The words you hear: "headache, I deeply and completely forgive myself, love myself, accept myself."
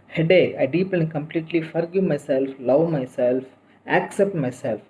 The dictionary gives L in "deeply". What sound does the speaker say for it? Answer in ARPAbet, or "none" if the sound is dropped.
none